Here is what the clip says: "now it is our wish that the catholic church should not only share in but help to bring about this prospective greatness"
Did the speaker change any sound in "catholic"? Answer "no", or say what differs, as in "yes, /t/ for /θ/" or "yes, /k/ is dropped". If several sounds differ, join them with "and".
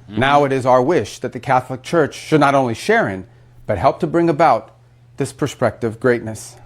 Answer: no